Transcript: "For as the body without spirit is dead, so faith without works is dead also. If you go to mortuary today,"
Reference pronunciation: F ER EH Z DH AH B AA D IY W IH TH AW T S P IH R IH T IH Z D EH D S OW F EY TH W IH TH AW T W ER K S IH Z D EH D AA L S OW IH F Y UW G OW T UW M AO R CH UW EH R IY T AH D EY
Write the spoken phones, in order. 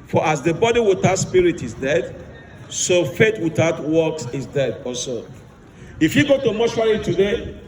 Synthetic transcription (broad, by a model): F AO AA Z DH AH B AA D IY W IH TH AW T S P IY R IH T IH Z D EH D S OW F EY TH W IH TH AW T W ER K S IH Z D EH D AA S OW IH F Y UW G OW T UW M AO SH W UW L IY T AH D EY